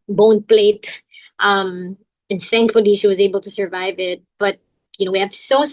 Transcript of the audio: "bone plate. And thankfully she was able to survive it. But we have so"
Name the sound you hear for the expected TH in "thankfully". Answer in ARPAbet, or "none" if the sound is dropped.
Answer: TH